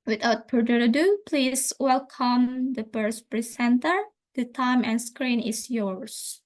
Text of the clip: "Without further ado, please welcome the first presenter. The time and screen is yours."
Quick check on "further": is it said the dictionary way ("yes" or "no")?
no